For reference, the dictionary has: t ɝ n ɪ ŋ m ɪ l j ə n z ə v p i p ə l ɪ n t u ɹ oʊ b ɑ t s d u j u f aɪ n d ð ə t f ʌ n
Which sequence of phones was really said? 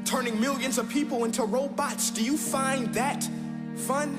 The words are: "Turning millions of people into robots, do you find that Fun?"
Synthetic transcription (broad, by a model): t ɝ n ɪ ŋ m ɪ l j ə n z ə v p i p l ɪ n t u ɹ oʊ b ɑ t s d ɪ j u f aɪ n ð ə t f ʌ n